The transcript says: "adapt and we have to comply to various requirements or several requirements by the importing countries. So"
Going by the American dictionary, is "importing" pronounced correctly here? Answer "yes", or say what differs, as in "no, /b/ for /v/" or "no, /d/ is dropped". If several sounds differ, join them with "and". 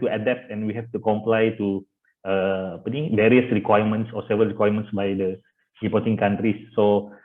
no, /m/ is dropped